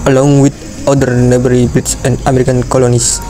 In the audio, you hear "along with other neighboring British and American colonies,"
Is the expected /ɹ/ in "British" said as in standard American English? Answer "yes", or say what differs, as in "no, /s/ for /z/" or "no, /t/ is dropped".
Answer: no, /ɹ/ is dropped